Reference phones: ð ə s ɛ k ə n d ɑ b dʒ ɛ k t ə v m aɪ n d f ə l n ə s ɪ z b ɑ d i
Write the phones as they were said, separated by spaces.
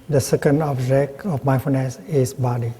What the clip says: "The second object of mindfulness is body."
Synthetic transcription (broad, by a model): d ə s ɛ k ə n d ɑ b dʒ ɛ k ə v m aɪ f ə n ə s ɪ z b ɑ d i